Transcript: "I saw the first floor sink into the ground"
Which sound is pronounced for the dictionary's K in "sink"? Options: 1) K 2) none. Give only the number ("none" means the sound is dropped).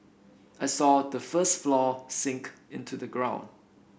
1